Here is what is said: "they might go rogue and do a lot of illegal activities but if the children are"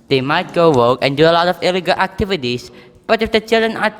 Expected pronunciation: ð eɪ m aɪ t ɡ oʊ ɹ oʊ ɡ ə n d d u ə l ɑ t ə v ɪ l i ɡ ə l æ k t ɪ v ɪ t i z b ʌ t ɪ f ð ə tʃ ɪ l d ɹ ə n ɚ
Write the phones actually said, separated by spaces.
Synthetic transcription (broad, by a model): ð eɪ m aɪ t ɡ oʊ w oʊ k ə n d d u ə l ɑ t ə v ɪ l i ɡ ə l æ k t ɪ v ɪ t i s b ʌ t ɪ f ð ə tʃ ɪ l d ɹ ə n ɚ